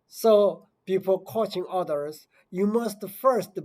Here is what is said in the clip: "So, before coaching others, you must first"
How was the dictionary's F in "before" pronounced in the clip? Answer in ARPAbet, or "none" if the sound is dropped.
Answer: P